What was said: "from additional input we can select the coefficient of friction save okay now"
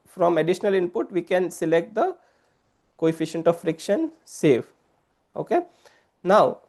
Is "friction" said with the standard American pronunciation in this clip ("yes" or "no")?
yes